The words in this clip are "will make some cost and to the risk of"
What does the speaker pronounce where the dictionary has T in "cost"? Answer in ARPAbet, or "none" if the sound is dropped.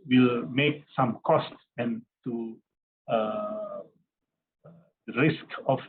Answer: T